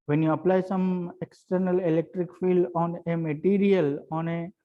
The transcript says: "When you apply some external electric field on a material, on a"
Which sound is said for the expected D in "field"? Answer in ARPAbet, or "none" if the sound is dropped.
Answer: D